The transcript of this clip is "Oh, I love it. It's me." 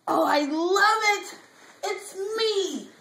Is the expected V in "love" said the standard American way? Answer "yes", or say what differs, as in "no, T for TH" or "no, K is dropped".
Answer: yes